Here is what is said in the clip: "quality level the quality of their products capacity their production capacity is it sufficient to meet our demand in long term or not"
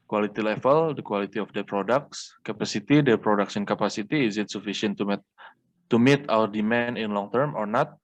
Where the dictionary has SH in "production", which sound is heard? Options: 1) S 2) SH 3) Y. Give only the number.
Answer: 1